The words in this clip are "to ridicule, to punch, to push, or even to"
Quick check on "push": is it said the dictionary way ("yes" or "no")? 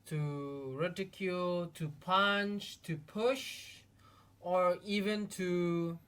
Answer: yes